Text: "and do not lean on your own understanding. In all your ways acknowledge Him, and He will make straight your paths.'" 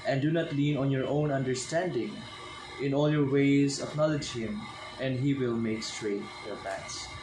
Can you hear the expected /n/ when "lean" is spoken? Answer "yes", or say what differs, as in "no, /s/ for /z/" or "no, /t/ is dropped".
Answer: yes